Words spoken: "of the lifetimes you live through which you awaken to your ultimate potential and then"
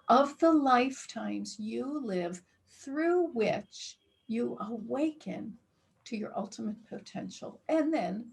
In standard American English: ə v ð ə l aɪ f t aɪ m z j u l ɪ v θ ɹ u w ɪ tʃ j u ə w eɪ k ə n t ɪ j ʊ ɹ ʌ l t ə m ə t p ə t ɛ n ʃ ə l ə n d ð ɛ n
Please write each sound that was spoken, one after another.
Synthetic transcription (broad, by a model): ə v ð ə l aɪ f t aɪ m z j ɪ l ɪ v θ ɹ u w ɪ tʃ j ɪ ə w eɪ k ə n t ɪ j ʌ ɹ ʌ l t ə m ə t p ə t ɛ n ʃ l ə n ð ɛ n